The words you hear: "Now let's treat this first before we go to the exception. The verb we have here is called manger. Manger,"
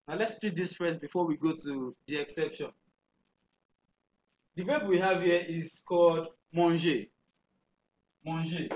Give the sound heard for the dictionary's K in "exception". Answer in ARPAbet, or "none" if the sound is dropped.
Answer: K